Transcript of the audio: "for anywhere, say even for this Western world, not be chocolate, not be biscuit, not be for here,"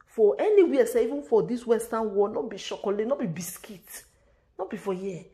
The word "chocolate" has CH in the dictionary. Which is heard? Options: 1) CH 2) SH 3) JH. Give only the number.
2